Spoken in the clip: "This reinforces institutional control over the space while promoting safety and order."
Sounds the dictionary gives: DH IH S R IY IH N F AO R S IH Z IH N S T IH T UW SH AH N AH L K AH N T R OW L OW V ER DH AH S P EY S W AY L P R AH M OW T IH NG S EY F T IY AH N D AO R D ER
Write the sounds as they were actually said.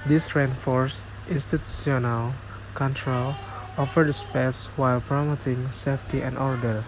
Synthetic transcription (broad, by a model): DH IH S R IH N F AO R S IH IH N S T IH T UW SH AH N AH L K AH N T R OW L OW F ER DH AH S P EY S W AY L P R AH M OW T IH NG S EY F T IY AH N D AO R D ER